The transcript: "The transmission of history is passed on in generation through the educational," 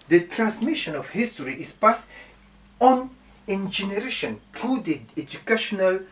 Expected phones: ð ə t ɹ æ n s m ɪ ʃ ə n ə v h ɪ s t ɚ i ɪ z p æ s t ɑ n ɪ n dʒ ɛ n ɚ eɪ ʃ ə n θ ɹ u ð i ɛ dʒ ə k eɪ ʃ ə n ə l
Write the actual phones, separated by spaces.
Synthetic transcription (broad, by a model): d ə t ɹ æ n s m ɪ ʃ ə n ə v h ɪ s t ɚ i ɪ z p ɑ s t ɑ n ɪ n dʒ ɛ n ɚ eɪ ʃ ə n t ɹ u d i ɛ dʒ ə k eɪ ʃ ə n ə l